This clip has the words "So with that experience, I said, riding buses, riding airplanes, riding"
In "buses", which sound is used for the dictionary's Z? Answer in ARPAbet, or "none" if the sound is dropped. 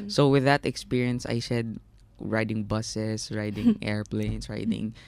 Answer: S